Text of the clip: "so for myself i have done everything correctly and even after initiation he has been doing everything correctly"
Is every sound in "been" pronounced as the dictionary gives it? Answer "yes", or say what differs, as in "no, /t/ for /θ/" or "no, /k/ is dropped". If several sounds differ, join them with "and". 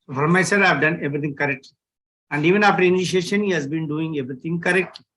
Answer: yes